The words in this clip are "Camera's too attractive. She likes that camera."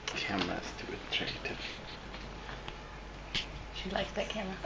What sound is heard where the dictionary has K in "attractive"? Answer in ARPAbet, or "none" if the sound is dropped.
none